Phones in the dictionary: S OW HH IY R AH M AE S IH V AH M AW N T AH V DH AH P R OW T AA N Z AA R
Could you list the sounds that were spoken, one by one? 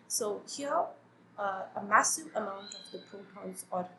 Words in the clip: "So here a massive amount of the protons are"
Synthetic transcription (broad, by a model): S OW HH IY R AH M AE S IH V AH M AW N T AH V DH AH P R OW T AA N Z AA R